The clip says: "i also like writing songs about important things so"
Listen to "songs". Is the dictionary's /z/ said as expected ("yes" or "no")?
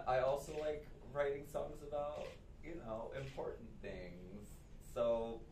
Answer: yes